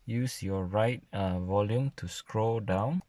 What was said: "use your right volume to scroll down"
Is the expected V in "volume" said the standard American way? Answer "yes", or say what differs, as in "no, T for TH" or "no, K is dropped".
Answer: yes